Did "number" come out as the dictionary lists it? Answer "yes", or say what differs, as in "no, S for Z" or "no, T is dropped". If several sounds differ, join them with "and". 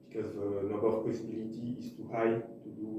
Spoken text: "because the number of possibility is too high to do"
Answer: no, M is dropped